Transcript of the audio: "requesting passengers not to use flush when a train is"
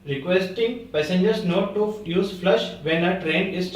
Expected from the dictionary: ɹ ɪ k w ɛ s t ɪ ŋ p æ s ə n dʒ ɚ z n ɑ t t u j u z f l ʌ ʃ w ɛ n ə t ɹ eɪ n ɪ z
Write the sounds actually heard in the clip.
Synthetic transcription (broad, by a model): ɹ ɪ k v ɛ s t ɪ ŋ p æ s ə n dʒ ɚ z n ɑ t t u j u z f l ʌ ʃ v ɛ n ə t ɹ eɪ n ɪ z